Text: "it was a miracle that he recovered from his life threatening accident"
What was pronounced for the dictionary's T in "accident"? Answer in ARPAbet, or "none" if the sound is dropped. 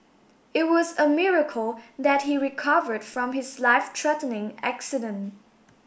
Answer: T